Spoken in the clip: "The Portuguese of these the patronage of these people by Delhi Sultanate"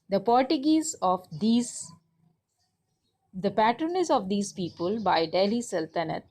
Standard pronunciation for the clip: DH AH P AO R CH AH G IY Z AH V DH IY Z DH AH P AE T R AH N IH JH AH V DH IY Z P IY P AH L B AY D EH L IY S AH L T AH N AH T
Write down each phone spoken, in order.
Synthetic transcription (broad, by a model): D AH P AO R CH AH G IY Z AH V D IY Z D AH P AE T R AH N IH Z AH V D IY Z P IY P AH L B AY D EH L IY S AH L T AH N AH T